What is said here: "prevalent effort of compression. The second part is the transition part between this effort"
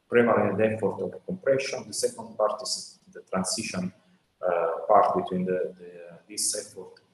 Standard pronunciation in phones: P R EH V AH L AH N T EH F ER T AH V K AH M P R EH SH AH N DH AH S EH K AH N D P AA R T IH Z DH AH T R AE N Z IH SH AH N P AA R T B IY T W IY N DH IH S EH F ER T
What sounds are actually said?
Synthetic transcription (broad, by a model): P R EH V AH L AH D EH F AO T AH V K AH M P R EH SH AH N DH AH S EH K AH N D P AA R T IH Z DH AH T R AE N S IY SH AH N P AA R T B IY T W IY N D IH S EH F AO T